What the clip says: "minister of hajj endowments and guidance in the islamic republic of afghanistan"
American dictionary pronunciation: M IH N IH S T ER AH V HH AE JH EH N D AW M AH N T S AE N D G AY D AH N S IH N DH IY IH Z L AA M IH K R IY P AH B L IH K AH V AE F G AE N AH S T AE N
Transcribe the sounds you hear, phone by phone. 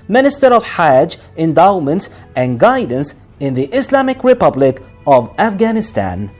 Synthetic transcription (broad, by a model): M IH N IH S T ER AH V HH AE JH EH N D AW M AH N T S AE N G AY D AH N S IH N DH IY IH S L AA M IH K R IY P AH B L IH K AH V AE F G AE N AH S T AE N